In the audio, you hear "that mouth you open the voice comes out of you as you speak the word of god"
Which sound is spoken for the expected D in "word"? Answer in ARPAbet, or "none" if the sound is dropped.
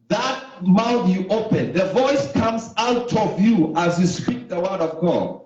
D